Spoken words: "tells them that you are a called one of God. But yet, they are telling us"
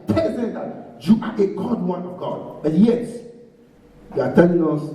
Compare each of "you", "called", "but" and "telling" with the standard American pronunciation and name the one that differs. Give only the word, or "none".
called